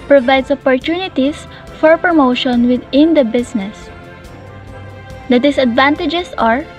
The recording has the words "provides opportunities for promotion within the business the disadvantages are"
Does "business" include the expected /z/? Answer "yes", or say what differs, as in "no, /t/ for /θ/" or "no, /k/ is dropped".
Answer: no, /s/ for /z/